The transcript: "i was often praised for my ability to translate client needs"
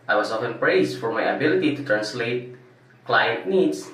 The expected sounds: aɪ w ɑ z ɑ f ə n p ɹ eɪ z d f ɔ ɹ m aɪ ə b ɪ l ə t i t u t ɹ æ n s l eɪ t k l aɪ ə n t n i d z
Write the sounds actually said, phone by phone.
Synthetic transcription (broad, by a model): aɪ w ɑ s ɑ f ə n p ɹ eɪ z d f ɔ ɹ m aɪ ə b ɪ l ə t i t u t ɹ æ n s l eɪ t k l aɪ ə n t n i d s